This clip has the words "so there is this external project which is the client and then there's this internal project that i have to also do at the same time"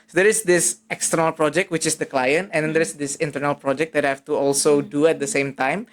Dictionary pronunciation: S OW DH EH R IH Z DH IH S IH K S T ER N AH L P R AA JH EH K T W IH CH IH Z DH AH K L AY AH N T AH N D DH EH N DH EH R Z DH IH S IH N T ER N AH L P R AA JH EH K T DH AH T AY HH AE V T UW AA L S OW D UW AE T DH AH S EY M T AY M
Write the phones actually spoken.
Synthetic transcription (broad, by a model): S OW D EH R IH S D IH S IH K S T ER N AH L P R AA JH EH K T W IH CH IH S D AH K L AY AH N T AH N D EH N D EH R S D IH S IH N T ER N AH L P R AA JH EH K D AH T HH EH F T UW AA L S OW D UW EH T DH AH S EY M T AY M